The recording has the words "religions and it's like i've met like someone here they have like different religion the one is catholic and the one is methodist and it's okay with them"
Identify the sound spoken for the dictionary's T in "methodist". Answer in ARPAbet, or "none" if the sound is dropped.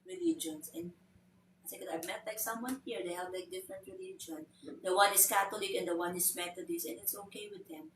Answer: none